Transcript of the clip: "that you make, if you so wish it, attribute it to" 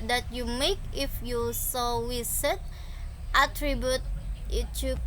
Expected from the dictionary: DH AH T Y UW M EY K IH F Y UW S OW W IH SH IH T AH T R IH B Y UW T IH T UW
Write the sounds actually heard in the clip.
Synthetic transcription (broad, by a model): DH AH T Y UW M EY K IH F Y UW S OW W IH S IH T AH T R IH B Y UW T IH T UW